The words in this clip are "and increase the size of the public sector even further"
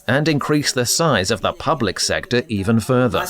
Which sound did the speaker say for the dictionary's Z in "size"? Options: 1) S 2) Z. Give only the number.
2